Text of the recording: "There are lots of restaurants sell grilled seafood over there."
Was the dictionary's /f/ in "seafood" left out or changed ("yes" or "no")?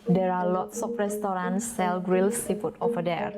yes